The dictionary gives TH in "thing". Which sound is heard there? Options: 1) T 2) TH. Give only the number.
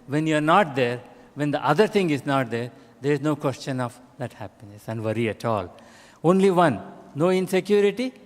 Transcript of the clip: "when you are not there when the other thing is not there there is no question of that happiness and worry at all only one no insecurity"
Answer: 1